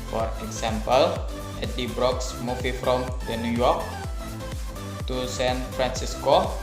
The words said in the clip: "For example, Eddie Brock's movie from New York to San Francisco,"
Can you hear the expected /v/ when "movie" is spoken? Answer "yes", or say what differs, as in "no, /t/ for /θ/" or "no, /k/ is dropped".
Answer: no, /f/ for /v/